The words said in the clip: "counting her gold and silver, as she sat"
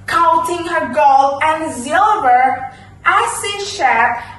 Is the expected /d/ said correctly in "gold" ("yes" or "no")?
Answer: no